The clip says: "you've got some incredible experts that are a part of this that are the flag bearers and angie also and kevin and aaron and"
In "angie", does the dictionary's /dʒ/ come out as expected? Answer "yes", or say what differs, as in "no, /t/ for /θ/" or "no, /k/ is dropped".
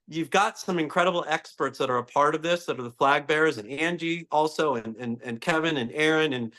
yes